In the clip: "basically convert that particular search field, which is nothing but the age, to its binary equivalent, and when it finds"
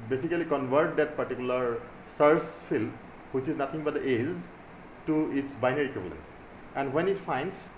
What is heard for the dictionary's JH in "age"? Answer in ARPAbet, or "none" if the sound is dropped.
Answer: Z